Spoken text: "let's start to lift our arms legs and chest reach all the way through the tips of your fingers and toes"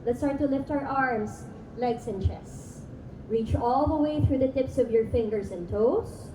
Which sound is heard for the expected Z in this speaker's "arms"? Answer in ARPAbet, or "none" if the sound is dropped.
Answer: S